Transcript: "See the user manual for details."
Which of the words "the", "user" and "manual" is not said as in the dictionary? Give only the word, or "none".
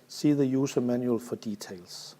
user